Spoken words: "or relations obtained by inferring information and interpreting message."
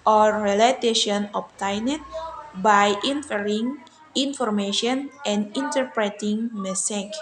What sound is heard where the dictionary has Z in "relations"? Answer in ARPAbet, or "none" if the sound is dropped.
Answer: none